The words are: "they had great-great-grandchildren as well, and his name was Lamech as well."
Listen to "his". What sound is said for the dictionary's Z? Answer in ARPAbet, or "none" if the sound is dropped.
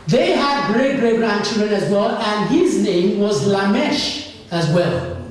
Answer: Z